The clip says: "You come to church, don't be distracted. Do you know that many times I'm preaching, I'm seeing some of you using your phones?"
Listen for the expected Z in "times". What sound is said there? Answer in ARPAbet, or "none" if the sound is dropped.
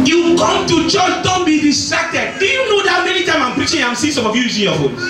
none